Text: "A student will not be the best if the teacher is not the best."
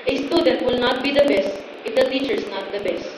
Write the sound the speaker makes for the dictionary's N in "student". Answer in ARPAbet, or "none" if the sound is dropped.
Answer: none